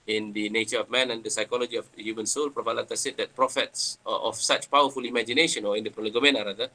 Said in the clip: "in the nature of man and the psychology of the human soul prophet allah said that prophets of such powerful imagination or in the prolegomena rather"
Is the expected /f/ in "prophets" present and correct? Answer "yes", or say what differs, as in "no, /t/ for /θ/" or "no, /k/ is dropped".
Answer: yes